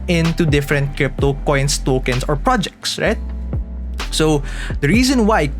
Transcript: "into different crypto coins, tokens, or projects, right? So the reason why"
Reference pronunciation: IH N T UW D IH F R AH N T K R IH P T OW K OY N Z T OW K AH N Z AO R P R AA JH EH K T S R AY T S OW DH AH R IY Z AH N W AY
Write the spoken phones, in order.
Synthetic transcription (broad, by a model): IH N T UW D IH F R AH N T K R IH P T OW K OY N S T OW K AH N S AO R P R AA JH EH K T S R AY T S OW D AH R IY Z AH N W AY